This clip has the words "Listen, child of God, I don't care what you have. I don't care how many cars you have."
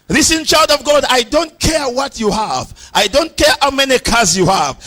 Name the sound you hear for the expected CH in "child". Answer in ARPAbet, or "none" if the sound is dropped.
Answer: CH